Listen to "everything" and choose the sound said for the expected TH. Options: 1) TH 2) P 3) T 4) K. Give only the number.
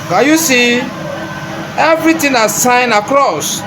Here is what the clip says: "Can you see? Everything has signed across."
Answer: 3